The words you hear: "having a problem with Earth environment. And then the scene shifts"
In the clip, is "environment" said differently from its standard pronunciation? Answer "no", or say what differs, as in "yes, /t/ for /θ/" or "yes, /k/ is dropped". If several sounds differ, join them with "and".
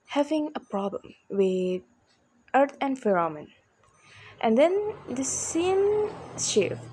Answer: yes, /f/ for /v/ and /n/ is dropped